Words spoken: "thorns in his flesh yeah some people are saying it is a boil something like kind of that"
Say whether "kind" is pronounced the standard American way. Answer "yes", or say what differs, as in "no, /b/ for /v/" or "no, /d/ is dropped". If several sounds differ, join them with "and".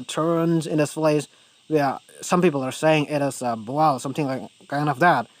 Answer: no, /d/ is dropped